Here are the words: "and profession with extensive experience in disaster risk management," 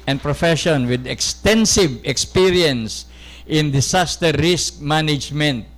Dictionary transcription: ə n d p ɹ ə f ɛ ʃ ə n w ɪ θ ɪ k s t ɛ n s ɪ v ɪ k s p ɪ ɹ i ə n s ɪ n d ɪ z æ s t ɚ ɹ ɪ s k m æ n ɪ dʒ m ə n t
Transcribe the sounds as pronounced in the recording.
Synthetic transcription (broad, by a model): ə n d p ɹ ə f ɛ ʃ ə n w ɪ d ɪ k s t ɛ n s ɪ v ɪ k s p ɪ ɹ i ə n s ɪ n d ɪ s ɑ s t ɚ ɹ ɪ s k m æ n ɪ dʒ m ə n t